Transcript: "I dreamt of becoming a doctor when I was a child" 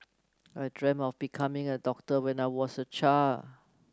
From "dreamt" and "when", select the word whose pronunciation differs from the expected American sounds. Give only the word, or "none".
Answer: dreamt